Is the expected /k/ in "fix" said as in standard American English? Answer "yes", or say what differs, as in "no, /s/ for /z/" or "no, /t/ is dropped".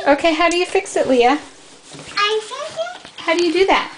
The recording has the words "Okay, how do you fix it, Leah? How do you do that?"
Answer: yes